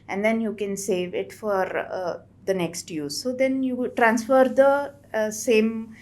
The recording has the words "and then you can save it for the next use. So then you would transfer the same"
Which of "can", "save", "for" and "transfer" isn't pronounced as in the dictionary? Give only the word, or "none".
none